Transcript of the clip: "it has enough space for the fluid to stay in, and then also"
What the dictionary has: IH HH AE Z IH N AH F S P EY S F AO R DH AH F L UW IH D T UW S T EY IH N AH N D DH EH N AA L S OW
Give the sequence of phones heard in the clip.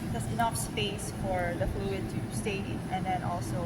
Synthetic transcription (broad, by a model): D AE S IH N AH F S P EY S F AO R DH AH F L UW IH D T UW S T EY IH N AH N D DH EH N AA L S OW